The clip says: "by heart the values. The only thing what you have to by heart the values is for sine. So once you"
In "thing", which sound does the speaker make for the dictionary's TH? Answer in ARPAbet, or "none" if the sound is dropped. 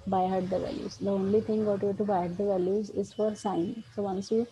T